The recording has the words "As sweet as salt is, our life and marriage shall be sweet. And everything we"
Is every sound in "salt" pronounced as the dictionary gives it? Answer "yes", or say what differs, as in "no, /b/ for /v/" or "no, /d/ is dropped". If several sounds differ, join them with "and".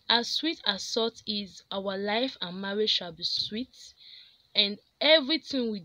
no, /l/ is dropped